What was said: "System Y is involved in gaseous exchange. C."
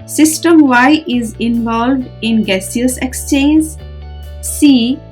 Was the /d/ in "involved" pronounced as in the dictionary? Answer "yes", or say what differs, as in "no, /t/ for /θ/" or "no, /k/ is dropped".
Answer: yes